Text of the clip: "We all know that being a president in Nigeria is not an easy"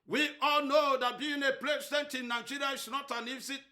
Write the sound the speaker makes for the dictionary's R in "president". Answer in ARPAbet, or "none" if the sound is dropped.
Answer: L